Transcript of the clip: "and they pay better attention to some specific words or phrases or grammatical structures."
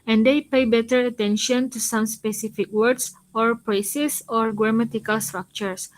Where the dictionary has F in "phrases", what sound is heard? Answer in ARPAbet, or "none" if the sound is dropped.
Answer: P